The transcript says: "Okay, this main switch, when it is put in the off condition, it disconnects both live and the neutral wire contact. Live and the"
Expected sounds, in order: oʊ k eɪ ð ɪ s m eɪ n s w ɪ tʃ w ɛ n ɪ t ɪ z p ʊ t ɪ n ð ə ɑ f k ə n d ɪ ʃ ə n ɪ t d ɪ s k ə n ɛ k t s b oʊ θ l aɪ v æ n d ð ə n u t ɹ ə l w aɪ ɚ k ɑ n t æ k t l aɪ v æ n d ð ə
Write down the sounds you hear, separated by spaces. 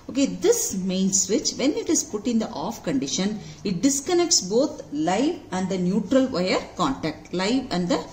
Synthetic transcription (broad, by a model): oʊ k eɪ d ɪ s m eɪ n s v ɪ tʃ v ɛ n ɪ t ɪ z p ʊ t ɪ n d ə ɑ f k ə n d ɪ ʃ ə n ɪ t d ɪ s k ə n ɛ k t s b oʊ t l aɪ v æ n d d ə n u t ɹ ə l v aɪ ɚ k ɑ n t æ k t l aɪ v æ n d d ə